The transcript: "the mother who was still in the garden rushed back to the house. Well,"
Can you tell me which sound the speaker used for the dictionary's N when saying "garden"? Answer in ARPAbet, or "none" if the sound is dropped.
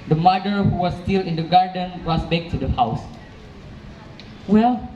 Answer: N